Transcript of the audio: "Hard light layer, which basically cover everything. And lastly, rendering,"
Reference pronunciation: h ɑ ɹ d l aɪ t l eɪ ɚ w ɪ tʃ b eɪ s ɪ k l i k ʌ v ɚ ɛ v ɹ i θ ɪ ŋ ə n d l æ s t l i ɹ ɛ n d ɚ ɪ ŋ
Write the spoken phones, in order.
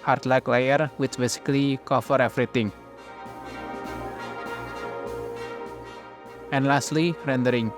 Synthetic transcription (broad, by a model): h ɑ ɹ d l aɪ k l eɪ ɚ w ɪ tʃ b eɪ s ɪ k l i k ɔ f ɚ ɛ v ɹ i t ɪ ŋ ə n l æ s t l i ɹ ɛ n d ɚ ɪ ŋ